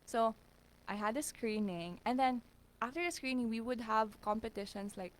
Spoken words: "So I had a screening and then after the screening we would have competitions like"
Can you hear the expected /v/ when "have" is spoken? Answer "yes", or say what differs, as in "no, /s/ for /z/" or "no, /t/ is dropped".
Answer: yes